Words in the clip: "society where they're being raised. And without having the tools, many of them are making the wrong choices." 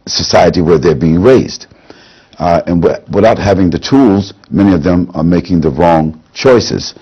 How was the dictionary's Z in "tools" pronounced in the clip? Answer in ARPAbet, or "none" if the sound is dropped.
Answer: Z